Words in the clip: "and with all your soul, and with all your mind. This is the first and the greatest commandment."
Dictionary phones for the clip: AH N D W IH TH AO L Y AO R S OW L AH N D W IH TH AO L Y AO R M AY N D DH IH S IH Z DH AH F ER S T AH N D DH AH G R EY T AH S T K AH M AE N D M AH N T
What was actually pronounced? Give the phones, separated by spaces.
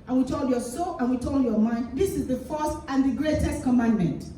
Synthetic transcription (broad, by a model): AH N W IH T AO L Y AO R S OW L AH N W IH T AO L Y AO M AY N D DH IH S IH Z DH AH F ER S T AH N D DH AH G R EY T AH S T K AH M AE N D M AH N T